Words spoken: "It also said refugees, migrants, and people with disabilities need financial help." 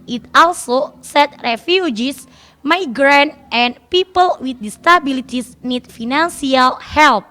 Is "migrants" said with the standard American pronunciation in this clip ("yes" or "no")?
no